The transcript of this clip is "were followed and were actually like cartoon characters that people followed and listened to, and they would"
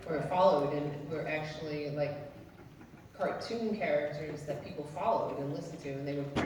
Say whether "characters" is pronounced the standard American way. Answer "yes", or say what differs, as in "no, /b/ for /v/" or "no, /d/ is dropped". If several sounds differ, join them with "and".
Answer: yes